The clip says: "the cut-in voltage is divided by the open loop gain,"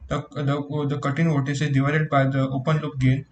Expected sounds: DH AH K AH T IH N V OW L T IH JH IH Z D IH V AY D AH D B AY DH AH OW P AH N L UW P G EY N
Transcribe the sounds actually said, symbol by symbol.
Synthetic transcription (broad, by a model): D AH K AH T IH N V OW T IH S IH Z D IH V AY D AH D B AY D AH OW P AH N L UW P G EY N